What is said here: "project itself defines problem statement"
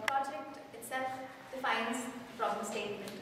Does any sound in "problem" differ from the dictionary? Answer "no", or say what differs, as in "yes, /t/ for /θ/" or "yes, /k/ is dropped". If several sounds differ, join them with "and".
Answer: yes, /f/ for /p/